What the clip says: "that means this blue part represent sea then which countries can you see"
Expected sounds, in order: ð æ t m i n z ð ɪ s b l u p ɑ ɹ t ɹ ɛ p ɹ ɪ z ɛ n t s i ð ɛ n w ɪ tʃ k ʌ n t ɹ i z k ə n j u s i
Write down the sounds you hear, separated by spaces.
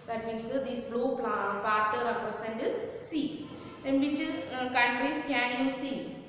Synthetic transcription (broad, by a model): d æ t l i z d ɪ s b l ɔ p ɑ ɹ t ɹ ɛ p ɹ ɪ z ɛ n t s i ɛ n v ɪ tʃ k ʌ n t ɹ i s k ə n j u s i